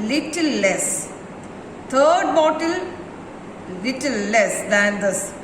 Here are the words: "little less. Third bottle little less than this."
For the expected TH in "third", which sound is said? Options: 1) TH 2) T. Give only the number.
2